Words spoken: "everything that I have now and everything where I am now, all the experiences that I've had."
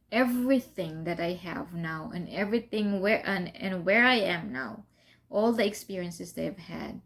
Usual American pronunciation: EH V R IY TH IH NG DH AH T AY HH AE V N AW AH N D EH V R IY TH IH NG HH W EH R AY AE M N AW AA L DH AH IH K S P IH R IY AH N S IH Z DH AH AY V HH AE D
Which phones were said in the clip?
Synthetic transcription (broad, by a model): EH V R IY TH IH NG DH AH T AY HH AE V N AW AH N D EH V R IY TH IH NG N W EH R AY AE M N AW AA L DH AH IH K S P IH R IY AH N S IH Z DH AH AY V HH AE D